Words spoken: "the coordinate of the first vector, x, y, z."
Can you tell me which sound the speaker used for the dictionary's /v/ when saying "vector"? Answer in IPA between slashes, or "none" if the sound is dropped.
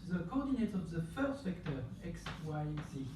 /f/